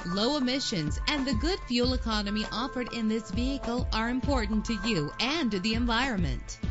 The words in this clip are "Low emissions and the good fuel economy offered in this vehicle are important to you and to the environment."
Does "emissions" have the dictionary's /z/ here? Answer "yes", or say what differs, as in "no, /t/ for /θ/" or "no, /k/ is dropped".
yes